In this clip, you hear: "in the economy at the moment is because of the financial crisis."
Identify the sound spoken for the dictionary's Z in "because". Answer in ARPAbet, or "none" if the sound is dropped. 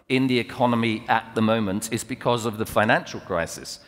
Z